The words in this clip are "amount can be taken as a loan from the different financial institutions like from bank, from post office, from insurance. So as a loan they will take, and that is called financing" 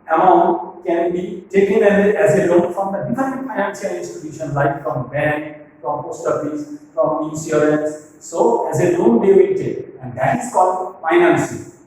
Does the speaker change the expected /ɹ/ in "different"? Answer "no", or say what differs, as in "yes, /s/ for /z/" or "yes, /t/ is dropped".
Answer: yes, /ɹ/ is dropped